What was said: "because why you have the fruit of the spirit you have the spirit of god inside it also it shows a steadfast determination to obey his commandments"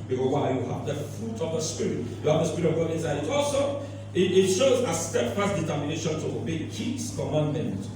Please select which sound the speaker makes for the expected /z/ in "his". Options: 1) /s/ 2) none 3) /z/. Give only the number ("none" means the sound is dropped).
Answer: 1